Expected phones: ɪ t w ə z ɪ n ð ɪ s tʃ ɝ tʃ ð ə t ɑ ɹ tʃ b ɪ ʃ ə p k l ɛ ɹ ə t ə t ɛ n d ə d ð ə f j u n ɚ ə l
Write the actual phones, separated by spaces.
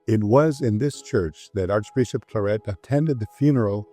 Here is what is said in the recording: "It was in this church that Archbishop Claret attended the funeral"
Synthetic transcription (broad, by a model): ɪ t w ə z ɪ n ð ɪ s tʃ ɝ tʃ ð ə t ɑ ɹ tʃ b ɪ ʃ ə p k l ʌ ɹ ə t ə t ɛ n d ə d ð ə f j u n ɚ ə l